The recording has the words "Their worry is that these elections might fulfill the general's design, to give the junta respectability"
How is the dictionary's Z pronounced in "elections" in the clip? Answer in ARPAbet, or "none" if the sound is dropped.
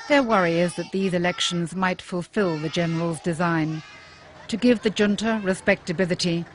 Z